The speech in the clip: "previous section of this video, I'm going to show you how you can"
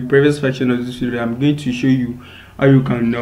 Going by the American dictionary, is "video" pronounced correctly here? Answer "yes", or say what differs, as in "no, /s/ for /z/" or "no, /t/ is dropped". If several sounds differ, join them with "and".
no, /f/ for /v/